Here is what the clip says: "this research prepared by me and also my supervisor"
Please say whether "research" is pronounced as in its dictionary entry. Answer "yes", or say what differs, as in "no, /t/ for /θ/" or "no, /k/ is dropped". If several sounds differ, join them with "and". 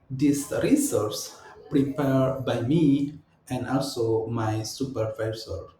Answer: no, /s/ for /tʃ/